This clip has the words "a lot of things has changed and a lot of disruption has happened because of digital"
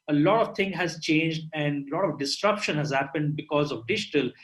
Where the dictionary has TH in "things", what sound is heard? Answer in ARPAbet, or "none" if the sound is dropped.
T